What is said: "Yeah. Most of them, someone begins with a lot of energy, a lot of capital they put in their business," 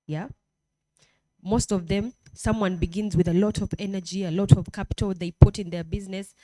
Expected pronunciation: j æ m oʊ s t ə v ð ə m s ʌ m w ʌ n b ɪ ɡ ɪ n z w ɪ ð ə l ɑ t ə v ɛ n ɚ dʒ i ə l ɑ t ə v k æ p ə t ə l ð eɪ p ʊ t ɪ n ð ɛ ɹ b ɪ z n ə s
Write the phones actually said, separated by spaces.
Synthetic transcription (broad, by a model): j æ m oʊ s t ə v ð ə m s ʌ m w ʌ n b ɪ ɡ ɪ n z w ɪ ð ə l ɑ t ə v ɛ n ɚ dʒ i ə l ɑ t ə v k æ p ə t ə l ð eɪ p ʊ t ɪ n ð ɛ ɹ b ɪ z n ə s